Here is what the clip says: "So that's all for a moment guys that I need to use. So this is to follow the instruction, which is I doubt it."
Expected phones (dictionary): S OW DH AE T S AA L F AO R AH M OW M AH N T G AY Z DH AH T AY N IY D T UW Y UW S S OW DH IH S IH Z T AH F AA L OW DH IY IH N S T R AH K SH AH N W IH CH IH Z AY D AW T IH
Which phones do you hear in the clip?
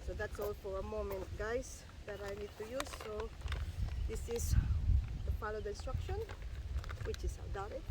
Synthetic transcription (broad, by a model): S OW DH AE T S AA L F AO R AH M OW M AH N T G AY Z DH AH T AY N IY D T UW Y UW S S OW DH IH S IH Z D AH P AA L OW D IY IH N S T R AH K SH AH N W IH CH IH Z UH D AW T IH